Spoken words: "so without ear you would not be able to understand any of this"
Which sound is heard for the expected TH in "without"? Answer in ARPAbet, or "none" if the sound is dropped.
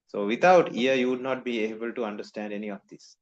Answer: T